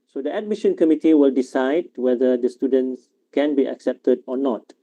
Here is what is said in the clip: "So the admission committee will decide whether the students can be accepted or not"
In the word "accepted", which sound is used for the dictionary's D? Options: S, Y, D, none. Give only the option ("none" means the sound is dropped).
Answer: D